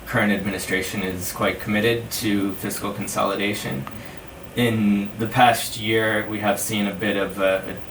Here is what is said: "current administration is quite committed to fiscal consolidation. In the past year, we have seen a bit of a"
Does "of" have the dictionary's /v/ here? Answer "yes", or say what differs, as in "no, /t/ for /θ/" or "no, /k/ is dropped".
yes